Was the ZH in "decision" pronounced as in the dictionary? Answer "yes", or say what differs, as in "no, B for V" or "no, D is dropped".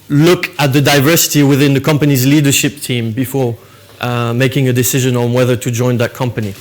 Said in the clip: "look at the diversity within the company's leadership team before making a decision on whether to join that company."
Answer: yes